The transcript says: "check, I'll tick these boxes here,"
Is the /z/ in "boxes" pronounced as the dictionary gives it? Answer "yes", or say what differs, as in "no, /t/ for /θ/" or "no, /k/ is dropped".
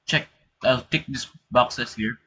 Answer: no, /s/ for /z/